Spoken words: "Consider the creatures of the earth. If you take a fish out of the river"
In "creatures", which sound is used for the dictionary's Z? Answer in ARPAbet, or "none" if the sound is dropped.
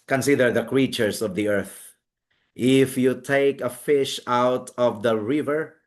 S